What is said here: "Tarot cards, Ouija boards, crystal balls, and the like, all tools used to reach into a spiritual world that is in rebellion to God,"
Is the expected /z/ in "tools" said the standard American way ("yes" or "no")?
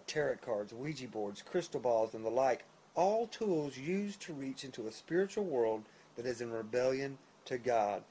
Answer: yes